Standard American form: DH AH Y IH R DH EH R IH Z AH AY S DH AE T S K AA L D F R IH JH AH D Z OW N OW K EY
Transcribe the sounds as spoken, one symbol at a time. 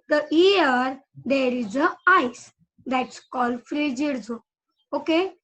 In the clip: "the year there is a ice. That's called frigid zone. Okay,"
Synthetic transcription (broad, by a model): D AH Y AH R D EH R IH Z AH AY S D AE T S K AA L F R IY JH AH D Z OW OW K EY